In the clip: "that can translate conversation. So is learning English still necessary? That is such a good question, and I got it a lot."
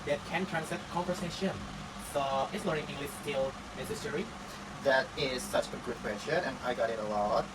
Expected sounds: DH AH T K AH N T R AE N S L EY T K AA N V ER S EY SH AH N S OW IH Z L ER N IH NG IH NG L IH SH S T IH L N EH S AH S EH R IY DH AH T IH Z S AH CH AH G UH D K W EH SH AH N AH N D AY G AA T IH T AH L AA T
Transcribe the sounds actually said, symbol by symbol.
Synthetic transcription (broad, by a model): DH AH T K AH N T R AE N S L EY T K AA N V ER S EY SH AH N S OW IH S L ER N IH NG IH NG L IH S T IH L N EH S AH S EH R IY DH AH T IH Z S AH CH AH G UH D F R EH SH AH AH N AY G AA T IH T AH L AA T